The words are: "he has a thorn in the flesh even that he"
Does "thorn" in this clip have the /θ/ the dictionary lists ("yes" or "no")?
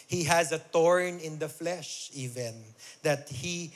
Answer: no